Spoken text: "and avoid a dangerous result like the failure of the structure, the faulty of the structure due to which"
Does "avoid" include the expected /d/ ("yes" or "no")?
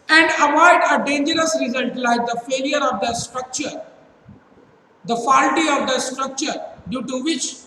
yes